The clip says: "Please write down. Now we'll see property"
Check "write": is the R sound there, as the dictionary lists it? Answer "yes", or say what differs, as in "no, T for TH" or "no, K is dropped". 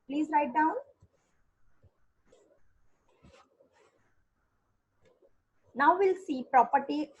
no, L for R